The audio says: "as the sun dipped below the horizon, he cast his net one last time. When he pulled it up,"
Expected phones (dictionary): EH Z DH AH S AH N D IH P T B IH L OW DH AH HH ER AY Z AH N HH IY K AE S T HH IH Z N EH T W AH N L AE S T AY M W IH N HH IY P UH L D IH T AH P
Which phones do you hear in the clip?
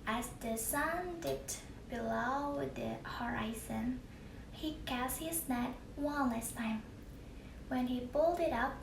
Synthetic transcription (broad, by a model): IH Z DH AH S AH N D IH T B IH L OW DH AH HH ER AY Z AH N HH IY K AE S T HH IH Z N EH T W AH N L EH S T AY M W IH N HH IY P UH L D IH T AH P